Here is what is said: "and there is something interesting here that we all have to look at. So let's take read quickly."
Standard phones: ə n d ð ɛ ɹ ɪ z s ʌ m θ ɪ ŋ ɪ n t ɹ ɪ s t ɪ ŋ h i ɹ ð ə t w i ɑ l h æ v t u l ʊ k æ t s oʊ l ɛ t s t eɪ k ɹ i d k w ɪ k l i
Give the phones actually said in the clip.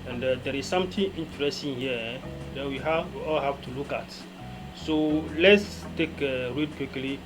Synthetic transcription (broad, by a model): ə n d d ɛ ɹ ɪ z s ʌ m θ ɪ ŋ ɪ n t ɹ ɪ s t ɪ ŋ h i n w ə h w i ɑ l h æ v t u l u k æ t s oʊ l ɛ t s t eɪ k ɹ i d k w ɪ k l i